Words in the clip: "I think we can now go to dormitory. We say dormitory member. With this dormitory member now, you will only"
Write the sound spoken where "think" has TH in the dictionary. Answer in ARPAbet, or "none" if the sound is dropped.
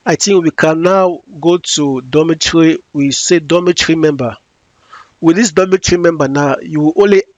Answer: T